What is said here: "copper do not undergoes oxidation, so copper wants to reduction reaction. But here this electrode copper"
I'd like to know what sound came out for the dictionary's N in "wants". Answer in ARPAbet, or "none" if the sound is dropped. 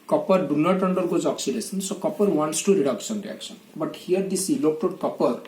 N